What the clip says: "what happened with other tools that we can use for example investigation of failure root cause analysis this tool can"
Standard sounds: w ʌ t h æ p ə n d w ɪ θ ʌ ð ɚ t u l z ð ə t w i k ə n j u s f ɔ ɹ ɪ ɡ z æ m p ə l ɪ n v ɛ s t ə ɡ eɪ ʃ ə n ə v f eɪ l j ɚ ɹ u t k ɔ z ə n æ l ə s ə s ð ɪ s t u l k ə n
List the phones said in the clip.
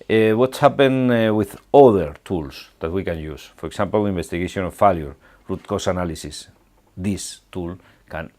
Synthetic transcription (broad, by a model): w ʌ t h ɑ p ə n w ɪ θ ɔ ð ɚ t u l s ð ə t w i k ə n j u s f ɔ ɹ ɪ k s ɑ m p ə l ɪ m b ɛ s t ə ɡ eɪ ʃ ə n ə f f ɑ l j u ɹ u t k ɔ s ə n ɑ l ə s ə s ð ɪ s t u l k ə n